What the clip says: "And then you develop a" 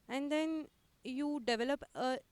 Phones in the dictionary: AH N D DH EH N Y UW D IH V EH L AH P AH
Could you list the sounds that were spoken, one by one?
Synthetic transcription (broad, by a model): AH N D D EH N Y UW D IH V EH L AH P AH